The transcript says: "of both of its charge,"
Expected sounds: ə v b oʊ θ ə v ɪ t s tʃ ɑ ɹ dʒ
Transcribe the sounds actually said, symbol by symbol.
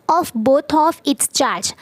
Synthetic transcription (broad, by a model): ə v b oʊ t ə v ɪ t s tʃ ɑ ɹ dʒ